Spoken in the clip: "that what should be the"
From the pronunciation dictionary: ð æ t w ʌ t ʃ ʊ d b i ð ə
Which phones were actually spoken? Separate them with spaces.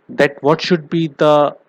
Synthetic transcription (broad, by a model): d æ t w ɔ t ʃ ʊ d b i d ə